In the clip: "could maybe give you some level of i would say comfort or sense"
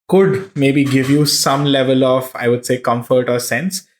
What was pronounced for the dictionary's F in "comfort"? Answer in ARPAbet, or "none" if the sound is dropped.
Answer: F